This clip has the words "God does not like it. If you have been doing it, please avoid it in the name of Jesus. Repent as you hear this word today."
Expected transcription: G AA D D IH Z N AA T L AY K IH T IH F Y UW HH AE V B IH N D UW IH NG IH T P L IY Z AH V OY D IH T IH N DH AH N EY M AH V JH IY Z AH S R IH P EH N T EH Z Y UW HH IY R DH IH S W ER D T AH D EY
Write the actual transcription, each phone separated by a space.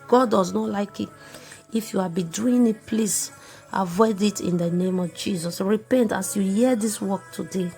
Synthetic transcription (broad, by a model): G AA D D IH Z N AA T L AY K IH T IH F Y UW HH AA B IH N D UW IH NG IH T P L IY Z AH V OY D IH T IH N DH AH N EY M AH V JH IY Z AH S R IH P EH N T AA S Y UW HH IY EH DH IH S W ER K T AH D EY